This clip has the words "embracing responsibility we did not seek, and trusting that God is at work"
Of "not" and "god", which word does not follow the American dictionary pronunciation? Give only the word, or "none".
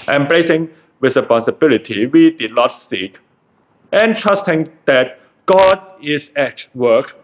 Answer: none